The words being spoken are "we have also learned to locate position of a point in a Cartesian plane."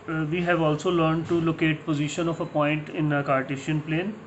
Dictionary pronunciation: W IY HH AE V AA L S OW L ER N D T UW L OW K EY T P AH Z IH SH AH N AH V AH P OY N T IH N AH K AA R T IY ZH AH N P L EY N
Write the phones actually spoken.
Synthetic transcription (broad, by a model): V IY HH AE V AA L S OW L ER N D T UW L OW K EY T P AH Z IH SH AH N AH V AH P OY N T IH N AH K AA R T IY SH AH N P L EY N